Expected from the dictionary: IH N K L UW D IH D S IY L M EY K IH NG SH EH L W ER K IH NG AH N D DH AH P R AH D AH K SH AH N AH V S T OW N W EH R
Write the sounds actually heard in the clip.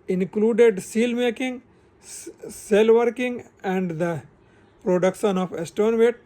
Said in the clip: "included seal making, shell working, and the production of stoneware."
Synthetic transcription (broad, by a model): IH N K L UW D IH D S IY L M EY K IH NG S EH L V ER K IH NG AH N D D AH P R AH D AH K SH AH N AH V S T OW N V EH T